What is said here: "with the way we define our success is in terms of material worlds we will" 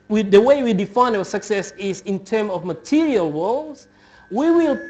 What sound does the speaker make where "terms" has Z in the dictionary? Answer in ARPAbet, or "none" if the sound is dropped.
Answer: none